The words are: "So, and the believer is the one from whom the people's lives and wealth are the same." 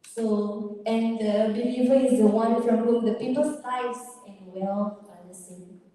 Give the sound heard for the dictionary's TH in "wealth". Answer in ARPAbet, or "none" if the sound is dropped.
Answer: F